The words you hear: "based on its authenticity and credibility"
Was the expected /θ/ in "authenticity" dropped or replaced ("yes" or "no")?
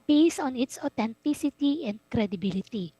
yes